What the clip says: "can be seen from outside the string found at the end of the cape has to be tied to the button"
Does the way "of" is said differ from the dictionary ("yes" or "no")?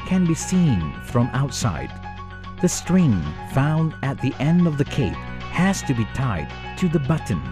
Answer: no